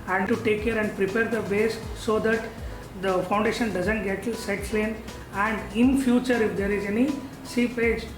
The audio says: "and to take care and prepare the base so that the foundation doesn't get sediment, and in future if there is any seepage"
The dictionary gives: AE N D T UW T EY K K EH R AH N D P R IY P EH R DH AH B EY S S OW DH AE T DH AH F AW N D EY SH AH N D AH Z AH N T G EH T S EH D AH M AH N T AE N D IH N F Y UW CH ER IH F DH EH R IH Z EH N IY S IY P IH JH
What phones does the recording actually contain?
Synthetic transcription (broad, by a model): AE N D T UW T EY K K EH R AH N D P R IY P EH R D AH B EY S S OW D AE T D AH F AW N D EY SH AH N D AH Z AH N T G EH T S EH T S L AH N AE N D IH N F Y UW CH ER IH F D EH R IH Z EH N IY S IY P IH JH